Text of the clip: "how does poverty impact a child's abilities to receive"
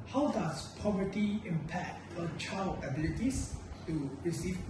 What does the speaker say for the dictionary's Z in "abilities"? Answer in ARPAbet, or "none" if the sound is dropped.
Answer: S